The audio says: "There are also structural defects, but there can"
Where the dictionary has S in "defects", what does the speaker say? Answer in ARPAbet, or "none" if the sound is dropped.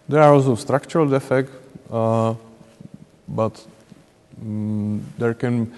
none